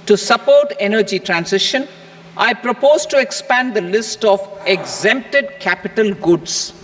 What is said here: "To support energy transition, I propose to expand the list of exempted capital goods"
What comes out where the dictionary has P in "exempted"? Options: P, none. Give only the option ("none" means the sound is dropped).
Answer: P